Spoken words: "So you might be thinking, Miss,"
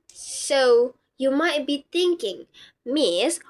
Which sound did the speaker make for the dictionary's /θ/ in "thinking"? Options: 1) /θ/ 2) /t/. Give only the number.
2